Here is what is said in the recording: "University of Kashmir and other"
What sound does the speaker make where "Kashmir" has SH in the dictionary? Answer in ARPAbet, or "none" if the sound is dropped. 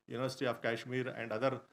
SH